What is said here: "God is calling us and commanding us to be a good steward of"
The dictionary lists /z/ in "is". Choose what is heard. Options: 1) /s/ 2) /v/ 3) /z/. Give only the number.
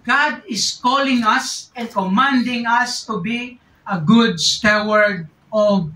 1